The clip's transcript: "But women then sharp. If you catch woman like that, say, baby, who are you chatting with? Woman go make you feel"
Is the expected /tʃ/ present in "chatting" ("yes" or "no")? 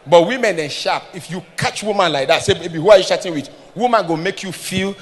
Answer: no